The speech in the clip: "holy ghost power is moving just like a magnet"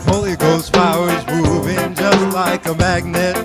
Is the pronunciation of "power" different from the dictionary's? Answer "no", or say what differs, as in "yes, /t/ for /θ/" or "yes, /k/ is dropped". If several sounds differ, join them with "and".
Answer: yes, /f/ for /p/